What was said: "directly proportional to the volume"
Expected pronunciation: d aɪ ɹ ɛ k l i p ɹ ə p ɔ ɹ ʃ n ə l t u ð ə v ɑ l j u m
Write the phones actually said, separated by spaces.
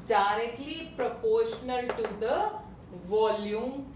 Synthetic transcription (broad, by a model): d aɪ ɹ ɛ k l i p ɹ ə p ɔ ɹ ʃ n ə l t u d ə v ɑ l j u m